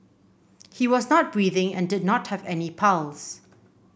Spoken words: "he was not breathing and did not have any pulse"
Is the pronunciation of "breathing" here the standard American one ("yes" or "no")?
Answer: yes